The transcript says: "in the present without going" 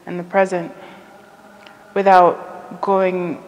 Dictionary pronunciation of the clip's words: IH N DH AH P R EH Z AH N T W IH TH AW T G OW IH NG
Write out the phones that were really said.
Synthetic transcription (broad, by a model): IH N DH AH P R EH Z AH N T W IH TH AW T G OW IH NG